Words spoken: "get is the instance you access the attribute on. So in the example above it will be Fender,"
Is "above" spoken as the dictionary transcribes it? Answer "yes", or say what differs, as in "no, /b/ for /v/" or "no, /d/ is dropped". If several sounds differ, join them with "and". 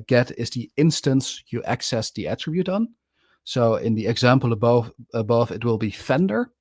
yes